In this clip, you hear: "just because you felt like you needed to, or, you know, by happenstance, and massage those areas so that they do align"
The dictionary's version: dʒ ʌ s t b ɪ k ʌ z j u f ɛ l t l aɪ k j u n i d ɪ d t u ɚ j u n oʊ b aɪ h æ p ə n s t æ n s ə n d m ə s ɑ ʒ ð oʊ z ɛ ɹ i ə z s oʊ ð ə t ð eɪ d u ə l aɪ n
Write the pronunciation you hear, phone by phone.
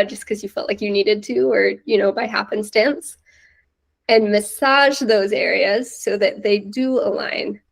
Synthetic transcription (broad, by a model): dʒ ʌ s k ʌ z j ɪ f ɛ l t l aɪ k j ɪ n i d ɪ d t u ɚ j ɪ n oʊ b aɪ h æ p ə n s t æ n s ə n m ə s ɑ ʒ ð oʊ z ɛ ɹ i ə z s oʊ ð ə t ð eɪ d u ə l aɪ n